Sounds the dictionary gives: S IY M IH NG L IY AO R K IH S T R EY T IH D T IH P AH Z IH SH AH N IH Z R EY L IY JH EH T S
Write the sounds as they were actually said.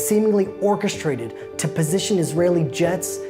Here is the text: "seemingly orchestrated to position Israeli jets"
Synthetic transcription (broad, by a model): S IY M IH NG L IY AO R K IH S T R EY T IH D T IH P AH Z IH SH AH N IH Z R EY L IY JH EH T S